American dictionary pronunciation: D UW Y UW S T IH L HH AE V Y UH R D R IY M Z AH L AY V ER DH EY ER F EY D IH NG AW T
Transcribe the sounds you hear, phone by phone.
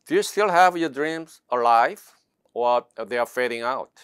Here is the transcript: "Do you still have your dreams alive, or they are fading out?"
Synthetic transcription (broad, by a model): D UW Y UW S T IH L HH AE V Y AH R D R IY M Z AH L AY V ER DH EY ER F EY D IH NG AW T